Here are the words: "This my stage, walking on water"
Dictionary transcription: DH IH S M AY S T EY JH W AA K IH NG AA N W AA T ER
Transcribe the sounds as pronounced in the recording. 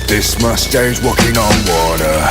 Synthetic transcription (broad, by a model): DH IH S M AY S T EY Z W AA K IH NG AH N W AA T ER